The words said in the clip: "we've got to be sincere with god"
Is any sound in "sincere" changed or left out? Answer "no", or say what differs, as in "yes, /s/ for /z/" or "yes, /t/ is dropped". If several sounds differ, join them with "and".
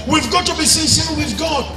yes, /n/ is dropped